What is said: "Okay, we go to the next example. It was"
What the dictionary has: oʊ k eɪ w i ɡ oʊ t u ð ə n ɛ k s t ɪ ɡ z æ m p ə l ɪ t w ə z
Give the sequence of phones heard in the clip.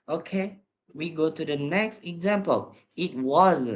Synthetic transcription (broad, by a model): oʊ k eɪ w i ɡ oʊ t u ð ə n ɛ k s t ɪ ɡ z æ m p ə l ɪ t w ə z